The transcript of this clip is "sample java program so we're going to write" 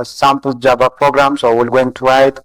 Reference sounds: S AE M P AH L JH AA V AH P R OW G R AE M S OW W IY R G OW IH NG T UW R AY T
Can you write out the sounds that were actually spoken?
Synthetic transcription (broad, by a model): S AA M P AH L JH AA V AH P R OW G R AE M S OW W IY L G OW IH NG T UW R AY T